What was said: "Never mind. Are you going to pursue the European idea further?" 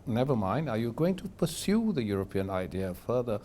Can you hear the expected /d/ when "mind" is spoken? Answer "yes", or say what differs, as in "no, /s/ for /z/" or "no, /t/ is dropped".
yes